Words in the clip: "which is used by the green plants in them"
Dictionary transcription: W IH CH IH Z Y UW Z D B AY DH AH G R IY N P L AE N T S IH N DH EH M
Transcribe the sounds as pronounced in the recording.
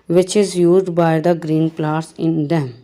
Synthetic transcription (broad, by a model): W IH CH IH Z Y UW Z D B AY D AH G R IY N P L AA T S IH N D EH M